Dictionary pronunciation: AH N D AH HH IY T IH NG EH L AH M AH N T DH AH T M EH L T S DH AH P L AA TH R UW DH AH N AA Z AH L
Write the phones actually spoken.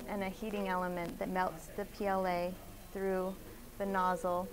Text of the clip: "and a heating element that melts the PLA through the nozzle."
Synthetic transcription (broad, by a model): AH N AH HH IY T IH NG EH L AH M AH N DH AH T M EH L T S DH AH P L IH TH R UW DH AH N AA Z L